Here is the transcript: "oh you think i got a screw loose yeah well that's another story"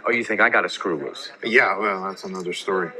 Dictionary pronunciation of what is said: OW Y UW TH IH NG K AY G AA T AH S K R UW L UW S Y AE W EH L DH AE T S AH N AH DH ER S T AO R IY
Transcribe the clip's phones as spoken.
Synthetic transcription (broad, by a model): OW Y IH TH IH NG K AY G AA T AH S K R UW W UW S Y AE W EH L DH AE T S AH N AH DH ER S T AO R IY